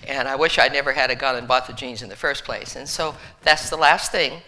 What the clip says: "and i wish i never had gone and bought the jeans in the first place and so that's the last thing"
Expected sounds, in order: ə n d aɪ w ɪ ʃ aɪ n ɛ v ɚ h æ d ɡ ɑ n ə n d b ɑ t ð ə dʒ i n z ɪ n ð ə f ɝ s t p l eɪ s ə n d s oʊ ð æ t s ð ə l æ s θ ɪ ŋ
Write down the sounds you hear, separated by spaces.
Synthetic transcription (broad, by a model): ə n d aɪ w ɪ ʃ aɪ n ɛ v ɚ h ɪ d ɡ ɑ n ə n b ɑ t ð ə dʒ i n z ɪ n ð ə f ɝ s p l eɪ s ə n s oʊ ð æ t s ð ə l æ s θ ɪ ŋ